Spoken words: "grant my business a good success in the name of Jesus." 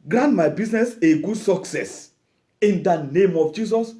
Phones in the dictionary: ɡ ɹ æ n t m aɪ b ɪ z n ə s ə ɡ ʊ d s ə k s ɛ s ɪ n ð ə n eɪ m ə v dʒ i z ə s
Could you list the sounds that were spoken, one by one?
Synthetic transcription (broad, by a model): ɡ ɹ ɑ n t m aɪ b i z n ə s ə ɡ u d s ə k s ɛ s ɪ n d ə n eɪ m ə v dʒ i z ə s